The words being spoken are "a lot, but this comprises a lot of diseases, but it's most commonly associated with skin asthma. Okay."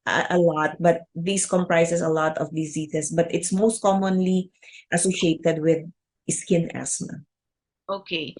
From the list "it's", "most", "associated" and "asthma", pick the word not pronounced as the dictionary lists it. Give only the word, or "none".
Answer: asthma